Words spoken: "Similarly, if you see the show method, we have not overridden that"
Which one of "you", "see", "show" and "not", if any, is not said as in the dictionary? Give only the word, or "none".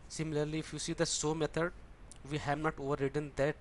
show